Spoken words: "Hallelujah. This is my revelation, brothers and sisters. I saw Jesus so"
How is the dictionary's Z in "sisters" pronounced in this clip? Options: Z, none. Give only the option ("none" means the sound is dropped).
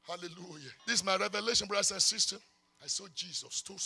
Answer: none